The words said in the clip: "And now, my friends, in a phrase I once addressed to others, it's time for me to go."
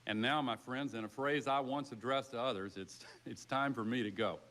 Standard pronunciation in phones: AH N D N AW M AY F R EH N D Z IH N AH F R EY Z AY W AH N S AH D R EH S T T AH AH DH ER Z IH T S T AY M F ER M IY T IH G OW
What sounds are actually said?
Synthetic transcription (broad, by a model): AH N N AW M AY F R EH N D Z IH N AH F R EY Z AY W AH N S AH D R EH S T T AH AH DH ER Z IH T S T AY M F ER M IY T IH G OW